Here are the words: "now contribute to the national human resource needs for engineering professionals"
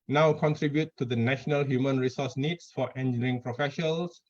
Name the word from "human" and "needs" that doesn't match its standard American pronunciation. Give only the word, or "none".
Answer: needs